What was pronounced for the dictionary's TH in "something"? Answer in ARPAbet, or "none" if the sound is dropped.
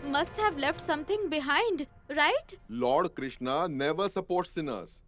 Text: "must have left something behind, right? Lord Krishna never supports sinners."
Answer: T